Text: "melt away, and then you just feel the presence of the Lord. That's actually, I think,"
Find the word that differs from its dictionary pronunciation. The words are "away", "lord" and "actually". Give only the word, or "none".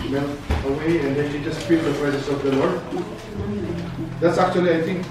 none